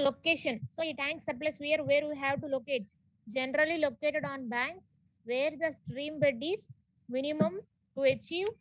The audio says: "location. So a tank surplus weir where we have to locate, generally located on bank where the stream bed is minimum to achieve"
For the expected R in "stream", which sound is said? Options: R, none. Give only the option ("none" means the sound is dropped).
R